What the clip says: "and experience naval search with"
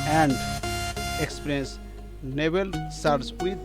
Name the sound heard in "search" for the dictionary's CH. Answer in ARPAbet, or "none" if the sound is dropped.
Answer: S